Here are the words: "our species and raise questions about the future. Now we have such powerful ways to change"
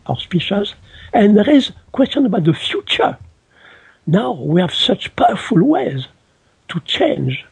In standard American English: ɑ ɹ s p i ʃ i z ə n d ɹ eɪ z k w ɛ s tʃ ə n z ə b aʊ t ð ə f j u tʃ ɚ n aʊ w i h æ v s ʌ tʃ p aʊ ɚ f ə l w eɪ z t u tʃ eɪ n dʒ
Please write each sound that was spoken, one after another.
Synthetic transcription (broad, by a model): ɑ s p i ʃ i z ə n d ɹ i z k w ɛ s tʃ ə n ə b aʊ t ð ə f j u tʃ ɚ n aʊ w i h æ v s ʌ tʃ p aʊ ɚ f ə l w eɪ z t u tʃ eɪ n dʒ